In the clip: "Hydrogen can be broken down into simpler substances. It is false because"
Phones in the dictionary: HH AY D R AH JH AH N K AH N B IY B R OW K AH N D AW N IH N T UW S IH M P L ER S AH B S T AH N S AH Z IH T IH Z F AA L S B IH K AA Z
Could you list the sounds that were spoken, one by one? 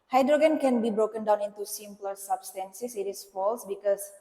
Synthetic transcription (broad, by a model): HH AY D R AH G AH N K AH N B IY B R OW K AH N D AW N IH N T UW S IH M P L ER S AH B S T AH N S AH S IH T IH S F AA L S B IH K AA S